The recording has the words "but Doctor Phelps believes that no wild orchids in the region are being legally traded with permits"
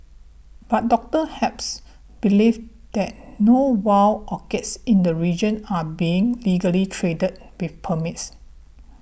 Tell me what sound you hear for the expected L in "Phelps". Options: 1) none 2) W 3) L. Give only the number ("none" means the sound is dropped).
1